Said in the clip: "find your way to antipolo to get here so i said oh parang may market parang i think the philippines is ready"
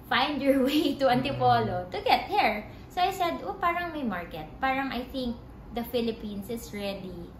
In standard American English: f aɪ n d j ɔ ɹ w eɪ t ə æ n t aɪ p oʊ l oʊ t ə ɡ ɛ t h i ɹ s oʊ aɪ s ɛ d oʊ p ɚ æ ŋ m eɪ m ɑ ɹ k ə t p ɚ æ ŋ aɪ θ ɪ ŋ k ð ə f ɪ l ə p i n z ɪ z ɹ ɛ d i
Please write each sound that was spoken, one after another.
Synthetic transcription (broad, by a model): f aɪ n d j ɔ ɹ w eɪ t ə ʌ n t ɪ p oʊ l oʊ t ə ɡ ɛ t h i ɹ s oʊ aɪ s ɛ d oʊ p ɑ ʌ ŋ m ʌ m ɑ ɹ k ə t p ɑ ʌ ŋ aɪ θ ɪ ŋ k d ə f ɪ l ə p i n s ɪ s ɹ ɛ d i